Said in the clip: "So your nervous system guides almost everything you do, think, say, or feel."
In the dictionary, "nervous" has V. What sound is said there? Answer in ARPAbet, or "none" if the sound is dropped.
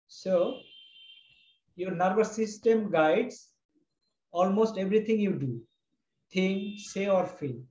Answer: B